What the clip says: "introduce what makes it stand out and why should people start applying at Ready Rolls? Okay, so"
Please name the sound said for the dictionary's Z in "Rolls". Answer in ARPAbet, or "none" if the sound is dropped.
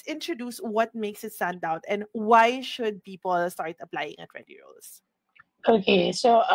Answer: S